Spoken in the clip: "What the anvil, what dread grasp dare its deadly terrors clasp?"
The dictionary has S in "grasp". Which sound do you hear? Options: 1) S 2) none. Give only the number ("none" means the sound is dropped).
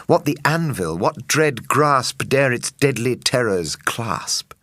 1